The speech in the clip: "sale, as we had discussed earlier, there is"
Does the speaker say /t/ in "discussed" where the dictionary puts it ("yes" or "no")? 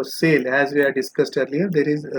yes